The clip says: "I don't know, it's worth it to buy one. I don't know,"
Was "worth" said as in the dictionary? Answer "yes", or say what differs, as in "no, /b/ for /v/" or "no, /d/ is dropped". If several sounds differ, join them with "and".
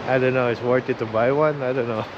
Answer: no, /t/ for /θ/